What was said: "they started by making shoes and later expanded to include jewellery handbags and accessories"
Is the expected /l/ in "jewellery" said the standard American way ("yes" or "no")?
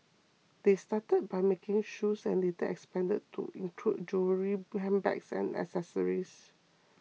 no